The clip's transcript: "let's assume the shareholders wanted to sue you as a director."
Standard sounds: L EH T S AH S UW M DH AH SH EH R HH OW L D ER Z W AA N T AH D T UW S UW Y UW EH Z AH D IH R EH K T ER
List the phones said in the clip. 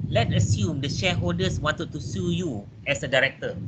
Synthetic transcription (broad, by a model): L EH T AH S UW M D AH SH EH HH OW L D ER S W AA N T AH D T UW S UW Y UW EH S AH D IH R EH K T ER